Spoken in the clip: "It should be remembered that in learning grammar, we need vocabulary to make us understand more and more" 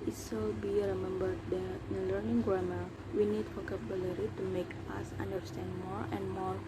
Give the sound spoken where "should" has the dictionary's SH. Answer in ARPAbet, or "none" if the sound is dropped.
S